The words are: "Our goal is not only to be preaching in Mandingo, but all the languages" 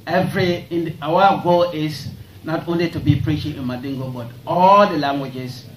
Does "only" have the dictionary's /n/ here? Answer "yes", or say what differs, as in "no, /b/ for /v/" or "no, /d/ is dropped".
yes